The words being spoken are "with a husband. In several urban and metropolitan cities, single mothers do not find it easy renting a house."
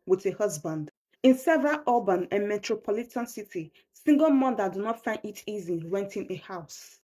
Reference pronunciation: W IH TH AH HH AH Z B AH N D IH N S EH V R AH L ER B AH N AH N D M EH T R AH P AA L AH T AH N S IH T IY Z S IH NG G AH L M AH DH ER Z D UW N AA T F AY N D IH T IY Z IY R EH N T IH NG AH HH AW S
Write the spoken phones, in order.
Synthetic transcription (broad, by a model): W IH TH AH HH AH Z B AH N D IH N S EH V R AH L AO B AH N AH N M EH T R AH P AA L AH T AH N S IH T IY S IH NG G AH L M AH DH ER D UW N AA T F AY N D IH T IY Z IY W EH N T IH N AH HH AW S